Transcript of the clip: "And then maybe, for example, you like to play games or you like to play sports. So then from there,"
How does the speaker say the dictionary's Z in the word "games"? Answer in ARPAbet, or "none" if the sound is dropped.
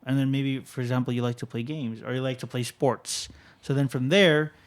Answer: Z